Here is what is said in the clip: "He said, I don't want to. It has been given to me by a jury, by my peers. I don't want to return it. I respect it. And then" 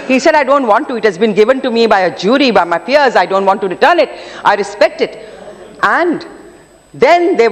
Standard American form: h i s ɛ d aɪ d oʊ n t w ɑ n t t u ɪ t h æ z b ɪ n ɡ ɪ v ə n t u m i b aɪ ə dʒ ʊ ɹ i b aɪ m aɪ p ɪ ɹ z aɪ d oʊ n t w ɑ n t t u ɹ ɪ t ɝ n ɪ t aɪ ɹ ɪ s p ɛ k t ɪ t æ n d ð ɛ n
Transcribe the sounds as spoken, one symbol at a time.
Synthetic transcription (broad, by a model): h i s ɛ d aɪ d oʊ n t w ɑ n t t u ɪ t h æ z b ɪ n ɡ ɪ v ə n t u m i b aɪ ə dʒ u ɹ i b aɪ m aɪ f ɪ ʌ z aɪ d oʊ n t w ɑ n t t u ɹ ɪ t ɝ n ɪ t aɪ ɹ ɪ s p ɛ k t ɪ t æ n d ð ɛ n